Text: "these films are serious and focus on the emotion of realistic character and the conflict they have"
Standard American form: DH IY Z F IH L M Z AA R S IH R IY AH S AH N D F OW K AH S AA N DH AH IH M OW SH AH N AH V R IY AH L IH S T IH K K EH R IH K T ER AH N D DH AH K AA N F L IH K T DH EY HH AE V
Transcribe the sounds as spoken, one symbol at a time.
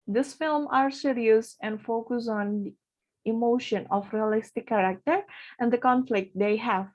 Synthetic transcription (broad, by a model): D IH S F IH L M AA R S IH R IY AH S AH N D F OW K AH S AA N IH M OW SH AH N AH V R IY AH L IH S T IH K K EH R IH K T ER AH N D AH K AA N F L IH K T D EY HH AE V